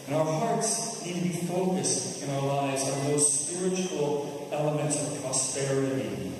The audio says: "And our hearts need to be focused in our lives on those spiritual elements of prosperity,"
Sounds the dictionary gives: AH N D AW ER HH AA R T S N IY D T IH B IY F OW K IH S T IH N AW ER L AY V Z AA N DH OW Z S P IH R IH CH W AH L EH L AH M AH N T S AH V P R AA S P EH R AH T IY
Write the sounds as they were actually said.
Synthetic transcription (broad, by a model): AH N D AW ER HH AA R T S N IY D T IH B IY F OW K IH S T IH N AW ER L AY V Z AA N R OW S P IH R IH CH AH L EH L AH M AH N T S AH V P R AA S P EH R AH T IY